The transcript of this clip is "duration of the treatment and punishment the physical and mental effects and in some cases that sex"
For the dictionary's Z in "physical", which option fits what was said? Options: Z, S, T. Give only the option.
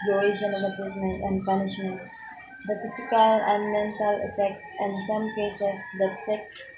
S